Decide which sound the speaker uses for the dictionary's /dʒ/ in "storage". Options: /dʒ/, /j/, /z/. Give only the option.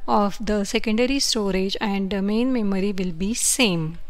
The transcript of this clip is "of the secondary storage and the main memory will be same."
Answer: /dʒ/